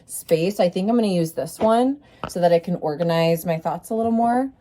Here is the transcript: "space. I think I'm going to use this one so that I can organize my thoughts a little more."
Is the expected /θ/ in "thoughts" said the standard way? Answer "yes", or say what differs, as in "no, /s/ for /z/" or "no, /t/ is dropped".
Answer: yes